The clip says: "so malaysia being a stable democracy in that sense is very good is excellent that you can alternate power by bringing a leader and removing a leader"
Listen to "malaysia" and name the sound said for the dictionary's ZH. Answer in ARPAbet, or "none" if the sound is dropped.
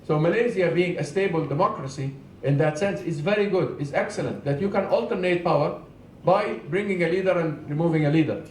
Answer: Z